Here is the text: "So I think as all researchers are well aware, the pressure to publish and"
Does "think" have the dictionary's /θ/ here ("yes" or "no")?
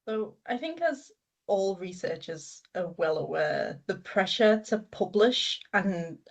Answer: yes